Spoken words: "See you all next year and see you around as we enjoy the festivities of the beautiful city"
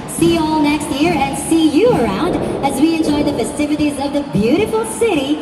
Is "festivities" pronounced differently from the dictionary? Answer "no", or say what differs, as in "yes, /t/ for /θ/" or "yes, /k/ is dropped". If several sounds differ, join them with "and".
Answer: no